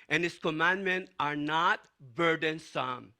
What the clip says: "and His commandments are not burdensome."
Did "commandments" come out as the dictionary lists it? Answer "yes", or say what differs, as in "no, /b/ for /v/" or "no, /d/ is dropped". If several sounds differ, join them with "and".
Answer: no, /s/ is dropped